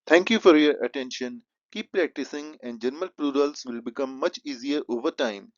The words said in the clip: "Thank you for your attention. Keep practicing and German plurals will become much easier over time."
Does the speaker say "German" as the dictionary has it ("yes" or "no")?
no